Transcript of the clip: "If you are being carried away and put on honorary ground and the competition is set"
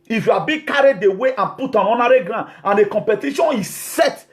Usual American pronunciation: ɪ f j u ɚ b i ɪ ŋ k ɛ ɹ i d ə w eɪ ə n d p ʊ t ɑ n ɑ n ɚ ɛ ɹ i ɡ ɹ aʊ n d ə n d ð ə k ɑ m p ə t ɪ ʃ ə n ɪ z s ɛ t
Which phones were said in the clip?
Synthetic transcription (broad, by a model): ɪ f j u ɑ b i k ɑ ɹ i d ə w eɪ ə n p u t ɑ n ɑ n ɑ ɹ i ɡ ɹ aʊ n ə n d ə k ɑ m p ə t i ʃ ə n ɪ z s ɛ t